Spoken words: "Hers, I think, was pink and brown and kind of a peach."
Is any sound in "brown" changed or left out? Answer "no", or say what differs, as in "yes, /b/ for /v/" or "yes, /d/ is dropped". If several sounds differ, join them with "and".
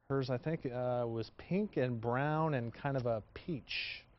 no